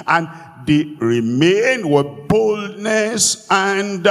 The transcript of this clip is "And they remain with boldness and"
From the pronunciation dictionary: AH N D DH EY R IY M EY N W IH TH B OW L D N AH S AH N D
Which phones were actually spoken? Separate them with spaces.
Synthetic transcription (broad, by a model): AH N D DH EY R IY M EY N W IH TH B OW L D N AH S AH N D